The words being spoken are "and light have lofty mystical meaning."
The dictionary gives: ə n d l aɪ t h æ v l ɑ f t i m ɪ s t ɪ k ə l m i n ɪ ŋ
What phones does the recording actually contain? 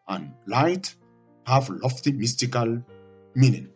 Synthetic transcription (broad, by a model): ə n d l aɪ t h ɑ f l ɑ f t i m ɪ s t ɪ k ə l m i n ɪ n